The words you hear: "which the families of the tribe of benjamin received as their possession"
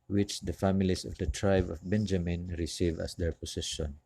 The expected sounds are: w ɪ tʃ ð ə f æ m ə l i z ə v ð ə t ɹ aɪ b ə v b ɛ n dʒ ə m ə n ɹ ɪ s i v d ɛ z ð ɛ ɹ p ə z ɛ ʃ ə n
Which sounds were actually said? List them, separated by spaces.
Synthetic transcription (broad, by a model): w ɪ tʃ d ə f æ m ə l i s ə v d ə t ɹ aɪ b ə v b ɛ n dʒ ə m ə n ɹ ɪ s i v ɑ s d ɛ ɹ p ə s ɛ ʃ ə n